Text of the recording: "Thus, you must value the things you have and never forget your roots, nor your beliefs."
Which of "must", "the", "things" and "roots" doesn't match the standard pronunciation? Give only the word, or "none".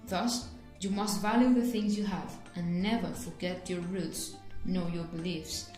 none